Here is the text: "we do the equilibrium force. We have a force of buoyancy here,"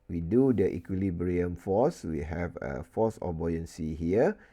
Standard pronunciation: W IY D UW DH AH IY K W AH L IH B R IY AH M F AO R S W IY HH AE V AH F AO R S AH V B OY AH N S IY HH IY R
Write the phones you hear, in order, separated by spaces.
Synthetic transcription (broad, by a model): W IY D UW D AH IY K W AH L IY B R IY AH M F AO S W IY HH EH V AH F AO S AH B OY AH N S IY HH IY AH